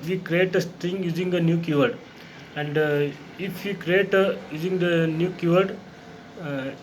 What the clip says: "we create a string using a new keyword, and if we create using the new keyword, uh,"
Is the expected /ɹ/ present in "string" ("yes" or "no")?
no